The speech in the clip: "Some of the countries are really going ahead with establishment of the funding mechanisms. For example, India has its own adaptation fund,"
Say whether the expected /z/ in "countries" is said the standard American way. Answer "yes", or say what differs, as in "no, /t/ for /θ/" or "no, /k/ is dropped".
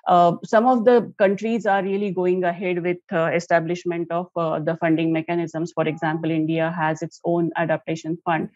yes